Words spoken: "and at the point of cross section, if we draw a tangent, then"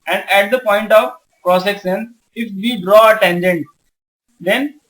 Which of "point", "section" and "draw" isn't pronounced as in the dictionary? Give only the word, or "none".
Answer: section